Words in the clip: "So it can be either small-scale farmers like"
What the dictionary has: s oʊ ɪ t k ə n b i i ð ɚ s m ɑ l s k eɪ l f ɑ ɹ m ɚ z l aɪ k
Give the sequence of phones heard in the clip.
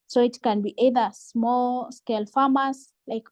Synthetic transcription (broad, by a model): s oʊ ɪ t k ə n b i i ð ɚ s m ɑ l s k eɪ l f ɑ m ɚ s l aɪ k